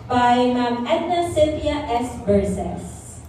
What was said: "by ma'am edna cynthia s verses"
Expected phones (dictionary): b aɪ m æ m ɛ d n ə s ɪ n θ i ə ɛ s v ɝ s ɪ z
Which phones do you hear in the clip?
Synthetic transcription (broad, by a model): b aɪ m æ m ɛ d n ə s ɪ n t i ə ɛ s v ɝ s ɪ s